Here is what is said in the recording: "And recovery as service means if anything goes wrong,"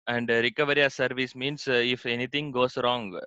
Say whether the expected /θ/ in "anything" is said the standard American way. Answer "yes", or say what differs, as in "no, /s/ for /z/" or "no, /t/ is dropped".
no, /t/ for /θ/